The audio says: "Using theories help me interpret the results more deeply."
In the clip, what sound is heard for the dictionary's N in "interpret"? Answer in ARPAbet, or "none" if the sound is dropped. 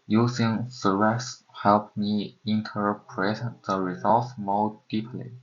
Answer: N